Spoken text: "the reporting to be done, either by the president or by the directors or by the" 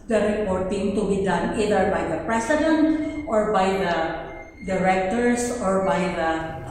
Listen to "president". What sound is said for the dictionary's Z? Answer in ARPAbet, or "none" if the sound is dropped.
S